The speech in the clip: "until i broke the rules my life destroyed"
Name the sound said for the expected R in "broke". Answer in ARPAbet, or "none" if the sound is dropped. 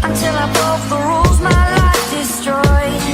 none